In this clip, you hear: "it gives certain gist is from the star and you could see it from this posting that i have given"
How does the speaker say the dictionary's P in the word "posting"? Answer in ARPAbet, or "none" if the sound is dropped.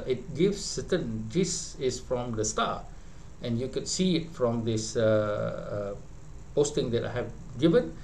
P